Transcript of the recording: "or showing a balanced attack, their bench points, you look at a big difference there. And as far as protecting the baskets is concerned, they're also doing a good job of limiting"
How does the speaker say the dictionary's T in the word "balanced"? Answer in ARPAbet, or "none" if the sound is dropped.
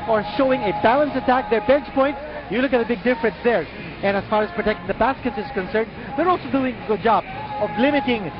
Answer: none